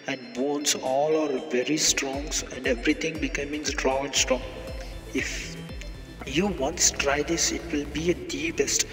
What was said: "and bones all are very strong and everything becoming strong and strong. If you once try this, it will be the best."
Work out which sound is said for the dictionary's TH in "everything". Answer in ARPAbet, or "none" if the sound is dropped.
T